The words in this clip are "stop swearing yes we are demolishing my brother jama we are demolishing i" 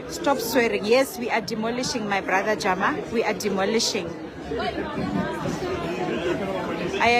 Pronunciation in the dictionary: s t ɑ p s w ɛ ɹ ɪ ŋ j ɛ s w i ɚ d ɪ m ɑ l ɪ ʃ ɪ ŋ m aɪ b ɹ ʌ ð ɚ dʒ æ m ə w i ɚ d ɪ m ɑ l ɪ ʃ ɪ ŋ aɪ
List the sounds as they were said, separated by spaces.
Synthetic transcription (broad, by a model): s t ɑ p s w ɛ ɹ ɪ ŋ j ɛ s w i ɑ d ɪ m ɑ l ɪ ʃ ɪ ŋ m aɪ b ɹ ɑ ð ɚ dʒ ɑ m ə w i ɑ d ɪ m ɑ l ɪ ʃ ɪ ŋ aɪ